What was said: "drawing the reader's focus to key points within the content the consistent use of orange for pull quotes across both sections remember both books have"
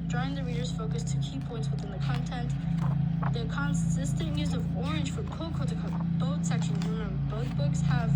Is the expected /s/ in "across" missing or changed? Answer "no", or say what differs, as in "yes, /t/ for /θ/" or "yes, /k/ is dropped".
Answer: yes, /s/ is dropped